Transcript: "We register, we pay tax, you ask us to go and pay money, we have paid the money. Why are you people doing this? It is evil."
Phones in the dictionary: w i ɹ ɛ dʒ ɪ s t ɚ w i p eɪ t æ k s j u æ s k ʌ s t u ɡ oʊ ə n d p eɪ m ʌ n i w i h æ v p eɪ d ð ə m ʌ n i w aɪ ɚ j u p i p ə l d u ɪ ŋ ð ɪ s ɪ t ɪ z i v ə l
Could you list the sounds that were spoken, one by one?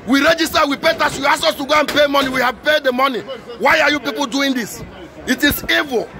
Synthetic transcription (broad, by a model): w i ɹ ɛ dʒ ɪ s t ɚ w i p eɪ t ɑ s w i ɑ s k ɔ s t u ɡ oʊ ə n p eɪ m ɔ n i w i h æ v p eɪ d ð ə m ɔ n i w aɪ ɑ j u p i p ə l d u ɪ ŋ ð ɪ s ɪ t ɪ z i v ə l